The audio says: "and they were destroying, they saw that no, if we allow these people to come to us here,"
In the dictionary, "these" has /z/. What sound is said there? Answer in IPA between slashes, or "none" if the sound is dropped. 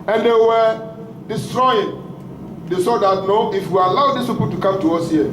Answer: /s/